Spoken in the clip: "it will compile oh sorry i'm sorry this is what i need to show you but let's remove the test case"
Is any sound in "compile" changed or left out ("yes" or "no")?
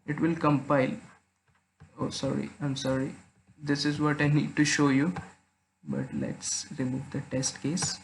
no